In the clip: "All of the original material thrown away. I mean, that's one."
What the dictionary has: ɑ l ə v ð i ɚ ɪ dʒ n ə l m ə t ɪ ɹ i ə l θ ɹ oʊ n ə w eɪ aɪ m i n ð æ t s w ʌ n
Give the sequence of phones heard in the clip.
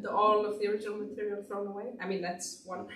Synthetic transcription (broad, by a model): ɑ l ə v ð i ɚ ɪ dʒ ə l m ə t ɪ ɹ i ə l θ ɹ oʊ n ə w eɪ aɪ m i n ð æ t s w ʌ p